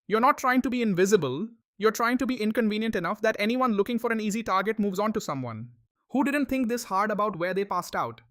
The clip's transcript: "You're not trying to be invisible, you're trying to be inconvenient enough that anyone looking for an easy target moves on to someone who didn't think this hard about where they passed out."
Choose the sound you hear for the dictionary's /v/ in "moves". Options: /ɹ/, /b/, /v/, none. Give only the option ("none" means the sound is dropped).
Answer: /v/